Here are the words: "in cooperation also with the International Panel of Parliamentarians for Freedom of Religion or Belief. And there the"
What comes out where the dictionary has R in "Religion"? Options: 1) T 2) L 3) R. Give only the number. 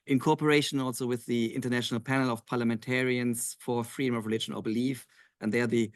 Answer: 3